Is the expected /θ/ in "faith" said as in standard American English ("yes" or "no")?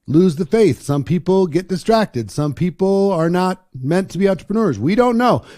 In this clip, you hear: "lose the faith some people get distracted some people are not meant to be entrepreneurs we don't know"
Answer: yes